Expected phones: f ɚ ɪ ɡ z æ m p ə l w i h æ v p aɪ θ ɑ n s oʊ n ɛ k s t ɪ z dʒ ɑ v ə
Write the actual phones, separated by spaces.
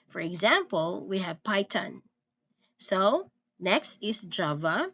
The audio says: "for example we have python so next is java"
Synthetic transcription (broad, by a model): f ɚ ɪ ɡ z æ m p ə l w i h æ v p aɪ t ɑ n s oʊ n ɛ k s t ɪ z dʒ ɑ v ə